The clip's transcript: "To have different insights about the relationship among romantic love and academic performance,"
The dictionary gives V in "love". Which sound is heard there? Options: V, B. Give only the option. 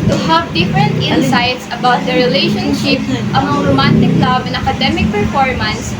B